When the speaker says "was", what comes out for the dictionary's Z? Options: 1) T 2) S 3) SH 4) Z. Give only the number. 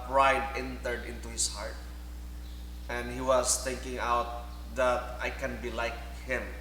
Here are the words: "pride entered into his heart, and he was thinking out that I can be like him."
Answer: 2